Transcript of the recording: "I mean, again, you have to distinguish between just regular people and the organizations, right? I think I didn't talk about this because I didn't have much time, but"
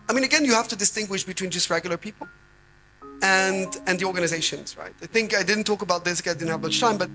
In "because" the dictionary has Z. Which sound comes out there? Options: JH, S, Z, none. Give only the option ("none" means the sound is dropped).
none